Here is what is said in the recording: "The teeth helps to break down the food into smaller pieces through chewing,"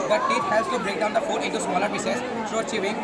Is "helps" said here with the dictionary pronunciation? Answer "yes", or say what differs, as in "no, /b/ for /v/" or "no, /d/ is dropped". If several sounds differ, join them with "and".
no, /p/ is dropped